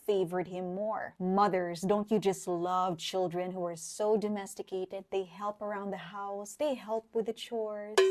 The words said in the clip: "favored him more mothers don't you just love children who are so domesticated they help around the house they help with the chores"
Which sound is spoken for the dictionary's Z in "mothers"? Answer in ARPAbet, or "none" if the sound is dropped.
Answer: Z